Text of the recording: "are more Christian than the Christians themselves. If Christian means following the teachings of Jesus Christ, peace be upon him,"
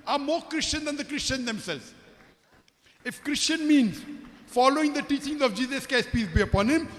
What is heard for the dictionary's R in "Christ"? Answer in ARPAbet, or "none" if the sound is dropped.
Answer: none